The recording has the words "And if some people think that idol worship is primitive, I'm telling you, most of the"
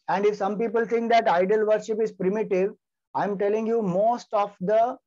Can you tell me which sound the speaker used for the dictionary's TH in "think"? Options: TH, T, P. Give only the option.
T